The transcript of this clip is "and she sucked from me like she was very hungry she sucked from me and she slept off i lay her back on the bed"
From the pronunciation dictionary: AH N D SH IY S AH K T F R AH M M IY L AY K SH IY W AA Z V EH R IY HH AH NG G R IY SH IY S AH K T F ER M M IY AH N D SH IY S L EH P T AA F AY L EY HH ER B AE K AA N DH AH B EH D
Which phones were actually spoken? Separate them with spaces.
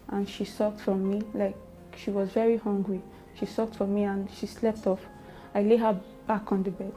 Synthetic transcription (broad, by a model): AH N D SH IY S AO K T F R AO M M IY L AY K SH IY W AA Z V EH R IY HH AH NG G R IY SH IY S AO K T F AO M M IY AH N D SH IY S L EH P T AA F AY L EY HH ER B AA K AA N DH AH B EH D